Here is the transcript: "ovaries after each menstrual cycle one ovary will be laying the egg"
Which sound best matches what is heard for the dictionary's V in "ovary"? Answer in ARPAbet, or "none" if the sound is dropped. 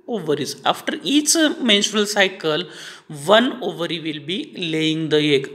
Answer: V